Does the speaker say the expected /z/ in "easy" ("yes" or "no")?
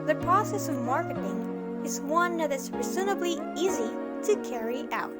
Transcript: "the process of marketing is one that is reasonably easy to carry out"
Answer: yes